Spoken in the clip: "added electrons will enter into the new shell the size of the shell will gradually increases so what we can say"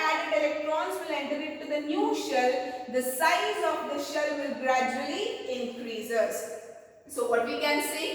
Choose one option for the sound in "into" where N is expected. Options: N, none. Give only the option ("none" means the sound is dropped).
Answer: none